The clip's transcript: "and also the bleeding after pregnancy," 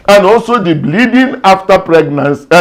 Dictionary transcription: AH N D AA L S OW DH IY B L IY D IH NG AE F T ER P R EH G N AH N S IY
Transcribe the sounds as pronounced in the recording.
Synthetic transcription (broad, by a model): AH N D AA L S OW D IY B L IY D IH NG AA F T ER P R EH G N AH N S